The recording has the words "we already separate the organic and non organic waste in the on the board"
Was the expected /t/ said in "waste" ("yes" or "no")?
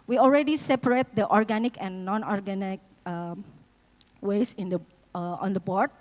no